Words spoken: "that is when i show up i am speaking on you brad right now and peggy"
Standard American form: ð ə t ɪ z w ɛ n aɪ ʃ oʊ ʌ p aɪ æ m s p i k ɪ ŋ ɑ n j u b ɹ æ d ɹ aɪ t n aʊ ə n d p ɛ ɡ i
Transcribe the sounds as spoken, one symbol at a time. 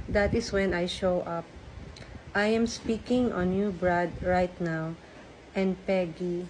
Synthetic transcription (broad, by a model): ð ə t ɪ s w ɛ n aɪ ʃ oʊ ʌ p aɪ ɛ m s p i k ɪ ŋ ɑ n j u b ɹ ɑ d ɹ aɪ t n aʊ ə n d p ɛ ɡ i